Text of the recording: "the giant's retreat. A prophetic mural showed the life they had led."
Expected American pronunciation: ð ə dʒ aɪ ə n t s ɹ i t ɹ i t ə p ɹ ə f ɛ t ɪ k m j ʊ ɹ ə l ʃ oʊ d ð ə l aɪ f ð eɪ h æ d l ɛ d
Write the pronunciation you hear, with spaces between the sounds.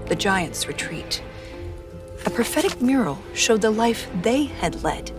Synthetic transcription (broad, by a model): ð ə dʒ aɪ ə n t s ɹ i t ɹ i t ə p ɹ ə f ɛ t ɪ k m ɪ ɹ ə l ʃ oʊ d ð ə l aɪ f ð eɪ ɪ d l ɛ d